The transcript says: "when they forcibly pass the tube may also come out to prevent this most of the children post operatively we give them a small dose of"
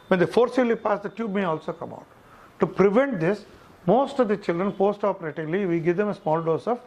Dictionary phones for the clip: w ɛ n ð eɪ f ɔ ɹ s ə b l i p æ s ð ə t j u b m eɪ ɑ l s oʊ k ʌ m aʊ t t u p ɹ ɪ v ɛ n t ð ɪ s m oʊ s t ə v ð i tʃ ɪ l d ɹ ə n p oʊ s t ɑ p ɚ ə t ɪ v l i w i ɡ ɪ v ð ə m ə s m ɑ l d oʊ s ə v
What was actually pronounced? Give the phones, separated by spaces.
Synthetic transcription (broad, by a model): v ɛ n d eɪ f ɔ ɹ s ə l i p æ s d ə t j u b m eɪ ɑ l s oʊ k ʌ m aʊ t t u p ɹ ɪ v ɛ n t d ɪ s m oʊ s t ə v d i tʃ ɪ l d ɹ ə n p oʊ s t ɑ p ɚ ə t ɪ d l i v i ɡ ɪ v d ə m ə s m ɑ l d oʊ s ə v